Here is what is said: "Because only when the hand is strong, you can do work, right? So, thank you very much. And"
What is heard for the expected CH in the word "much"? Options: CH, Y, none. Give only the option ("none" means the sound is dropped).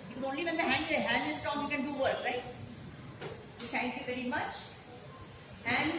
CH